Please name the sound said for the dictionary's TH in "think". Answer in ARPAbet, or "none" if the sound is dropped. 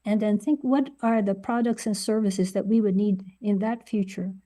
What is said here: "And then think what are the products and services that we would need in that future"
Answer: TH